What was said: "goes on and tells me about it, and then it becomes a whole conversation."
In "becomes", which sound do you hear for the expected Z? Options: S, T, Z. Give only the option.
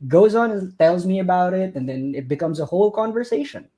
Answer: Z